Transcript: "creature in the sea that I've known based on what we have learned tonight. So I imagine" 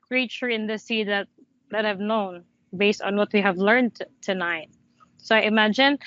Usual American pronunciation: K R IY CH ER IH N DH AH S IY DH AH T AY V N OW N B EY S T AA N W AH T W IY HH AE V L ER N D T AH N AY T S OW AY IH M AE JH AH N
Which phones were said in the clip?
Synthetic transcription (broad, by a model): K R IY CH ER IH N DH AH S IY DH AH T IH V N OW N B EY S T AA N W AH T W IY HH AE V L ER N D T AH N AY T S OW AY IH M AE JH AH N